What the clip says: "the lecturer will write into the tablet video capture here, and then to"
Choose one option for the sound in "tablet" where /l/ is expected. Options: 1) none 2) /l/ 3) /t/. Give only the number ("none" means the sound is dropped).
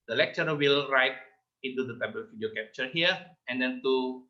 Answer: 1